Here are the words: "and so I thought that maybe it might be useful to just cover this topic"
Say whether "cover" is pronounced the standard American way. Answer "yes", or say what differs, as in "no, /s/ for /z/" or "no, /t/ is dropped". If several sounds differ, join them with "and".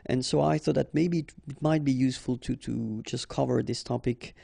yes